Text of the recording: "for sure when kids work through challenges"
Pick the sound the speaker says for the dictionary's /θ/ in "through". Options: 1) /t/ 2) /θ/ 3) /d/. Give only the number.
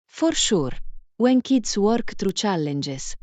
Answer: 1